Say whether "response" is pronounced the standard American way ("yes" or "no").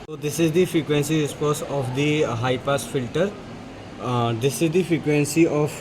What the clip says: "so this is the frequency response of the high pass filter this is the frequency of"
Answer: no